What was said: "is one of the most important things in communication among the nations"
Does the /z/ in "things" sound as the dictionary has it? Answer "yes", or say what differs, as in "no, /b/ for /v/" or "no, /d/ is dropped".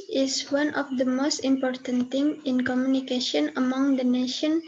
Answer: no, /z/ is dropped